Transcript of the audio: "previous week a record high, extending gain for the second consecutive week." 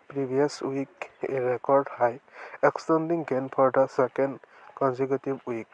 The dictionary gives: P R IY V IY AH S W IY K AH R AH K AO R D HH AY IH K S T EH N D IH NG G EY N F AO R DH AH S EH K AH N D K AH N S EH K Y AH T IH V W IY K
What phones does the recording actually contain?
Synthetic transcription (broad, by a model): P R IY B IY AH S W IY K AH R AH K AO R D HH AY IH K S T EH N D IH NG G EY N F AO R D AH S EH K AH N D K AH N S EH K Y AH T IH B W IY K